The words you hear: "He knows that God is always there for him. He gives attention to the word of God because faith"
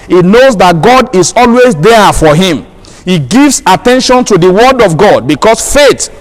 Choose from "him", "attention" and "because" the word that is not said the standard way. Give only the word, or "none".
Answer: because